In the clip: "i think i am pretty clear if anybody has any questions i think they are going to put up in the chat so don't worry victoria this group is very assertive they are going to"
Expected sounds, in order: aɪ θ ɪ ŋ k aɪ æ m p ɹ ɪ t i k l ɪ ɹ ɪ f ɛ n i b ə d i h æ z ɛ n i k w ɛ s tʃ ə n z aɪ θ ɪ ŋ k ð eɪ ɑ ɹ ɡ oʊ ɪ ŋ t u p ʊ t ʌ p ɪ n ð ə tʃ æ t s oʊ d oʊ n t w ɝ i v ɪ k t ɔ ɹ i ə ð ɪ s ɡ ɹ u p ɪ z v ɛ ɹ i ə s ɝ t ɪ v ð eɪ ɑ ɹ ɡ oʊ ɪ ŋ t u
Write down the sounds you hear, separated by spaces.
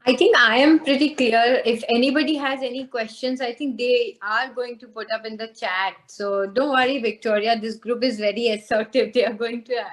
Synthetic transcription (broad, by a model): aɪ t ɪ ŋ k aɪ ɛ m p ɹ ɪ t i k l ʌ ɹ ɪ f ɛ n i b ə d i h æ z ɛ n i k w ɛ s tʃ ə n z aɪ t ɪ ŋ k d eɪ ɑ ɹ ɡ oʊ ɪ ŋ t u p ʊ t ʌ p ɪ n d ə tʃ æ t s oʊ d oʊ n t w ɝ i v ɪ k t ɔ ɹ i ə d ɪ s ɡ ɹ u p ɪ z v ɛ ɹ i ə s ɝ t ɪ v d eɪ ɑ ɹ ɡ oʊ ɪ ŋ t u